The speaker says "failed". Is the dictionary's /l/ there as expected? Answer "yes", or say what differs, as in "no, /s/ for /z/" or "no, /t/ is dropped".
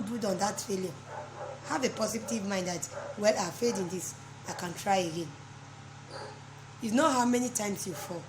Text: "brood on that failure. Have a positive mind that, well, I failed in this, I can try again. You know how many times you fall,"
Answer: no, /l/ is dropped